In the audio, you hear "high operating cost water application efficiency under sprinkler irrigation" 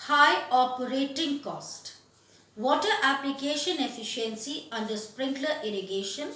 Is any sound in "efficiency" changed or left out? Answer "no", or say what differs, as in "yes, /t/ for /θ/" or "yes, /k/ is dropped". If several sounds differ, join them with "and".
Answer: no